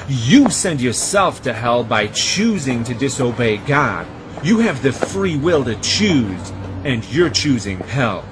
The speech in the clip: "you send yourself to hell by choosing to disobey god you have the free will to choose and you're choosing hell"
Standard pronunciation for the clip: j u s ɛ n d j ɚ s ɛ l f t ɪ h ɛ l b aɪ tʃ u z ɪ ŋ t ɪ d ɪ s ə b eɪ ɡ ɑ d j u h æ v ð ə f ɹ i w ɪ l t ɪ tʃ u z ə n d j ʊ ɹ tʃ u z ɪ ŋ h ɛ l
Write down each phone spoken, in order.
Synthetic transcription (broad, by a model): j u s ɛ n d j ɚ s ɛ l f t ɪ h ɛ l b aɪ tʃ u z ɪ ŋ t ɪ d ɪ s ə b eɪ ɡ ɑ d j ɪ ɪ v ð ə f ɹ i w ɪ l t ɪ tʃ u z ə n j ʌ ɹ tʃ u z ɪ ŋ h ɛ l